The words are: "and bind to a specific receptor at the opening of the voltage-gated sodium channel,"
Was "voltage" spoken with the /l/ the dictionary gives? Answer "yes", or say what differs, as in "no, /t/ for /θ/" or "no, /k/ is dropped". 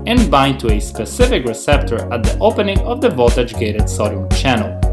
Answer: no, /l/ is dropped